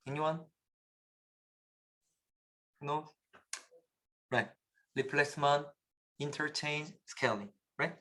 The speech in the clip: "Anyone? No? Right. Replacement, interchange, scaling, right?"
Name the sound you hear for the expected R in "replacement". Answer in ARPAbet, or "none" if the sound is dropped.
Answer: L